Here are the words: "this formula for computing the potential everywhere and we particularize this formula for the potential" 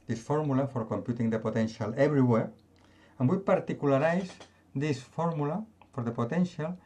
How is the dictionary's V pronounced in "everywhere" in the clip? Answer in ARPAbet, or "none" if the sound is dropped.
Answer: B